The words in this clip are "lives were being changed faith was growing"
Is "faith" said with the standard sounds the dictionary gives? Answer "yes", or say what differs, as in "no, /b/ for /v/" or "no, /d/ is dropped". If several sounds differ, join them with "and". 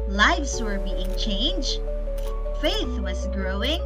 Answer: yes